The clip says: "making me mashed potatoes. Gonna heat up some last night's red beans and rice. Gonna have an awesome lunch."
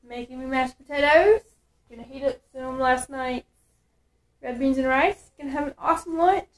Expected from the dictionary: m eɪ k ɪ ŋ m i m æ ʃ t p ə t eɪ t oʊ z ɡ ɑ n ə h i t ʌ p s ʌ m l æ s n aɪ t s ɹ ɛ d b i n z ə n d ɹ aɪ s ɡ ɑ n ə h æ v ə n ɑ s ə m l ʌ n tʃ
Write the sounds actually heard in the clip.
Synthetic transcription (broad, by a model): m eɪ k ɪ ŋ m i m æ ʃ p ə t eɪ t oʊ z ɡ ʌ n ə h i t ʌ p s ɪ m l æ s n aɪ t ɹ ɛ d b i n z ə n ɹ aɪ s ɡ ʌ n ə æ v ə n ɑ s ə m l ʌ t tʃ